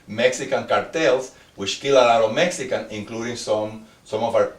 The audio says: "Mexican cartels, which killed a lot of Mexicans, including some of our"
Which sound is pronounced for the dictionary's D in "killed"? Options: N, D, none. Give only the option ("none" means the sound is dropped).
none